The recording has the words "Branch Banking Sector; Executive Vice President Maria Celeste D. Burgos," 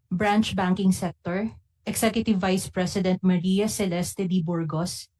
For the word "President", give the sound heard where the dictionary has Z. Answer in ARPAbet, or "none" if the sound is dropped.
S